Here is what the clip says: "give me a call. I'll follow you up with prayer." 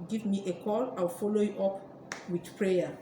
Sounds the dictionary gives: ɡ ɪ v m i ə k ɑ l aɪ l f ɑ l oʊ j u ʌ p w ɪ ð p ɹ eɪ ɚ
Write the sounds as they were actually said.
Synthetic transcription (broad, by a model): ɡ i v m i ə k ɑ l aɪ w f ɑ l oʊ j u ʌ p w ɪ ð p ɹ eɪ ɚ